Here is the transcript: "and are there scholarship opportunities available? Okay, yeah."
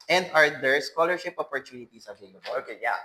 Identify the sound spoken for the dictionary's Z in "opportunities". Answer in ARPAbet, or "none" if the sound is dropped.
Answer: S